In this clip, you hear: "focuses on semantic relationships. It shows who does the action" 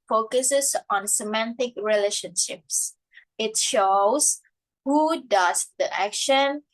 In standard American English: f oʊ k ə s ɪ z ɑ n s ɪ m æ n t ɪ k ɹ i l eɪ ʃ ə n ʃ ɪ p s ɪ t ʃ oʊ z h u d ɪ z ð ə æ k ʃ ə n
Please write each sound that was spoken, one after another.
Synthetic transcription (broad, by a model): f oʊ k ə s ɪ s ɑ n s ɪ m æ n t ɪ k ɹ i l eɪ ʃ ə n ʃ ɪ p s ɪ t ʃ oʊ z h u d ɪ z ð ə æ k ʃ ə n